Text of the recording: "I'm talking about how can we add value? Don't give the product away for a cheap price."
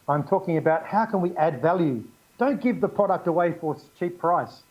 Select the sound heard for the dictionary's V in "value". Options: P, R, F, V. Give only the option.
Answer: V